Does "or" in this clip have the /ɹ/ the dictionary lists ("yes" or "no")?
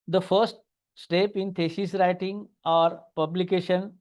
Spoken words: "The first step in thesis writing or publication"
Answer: yes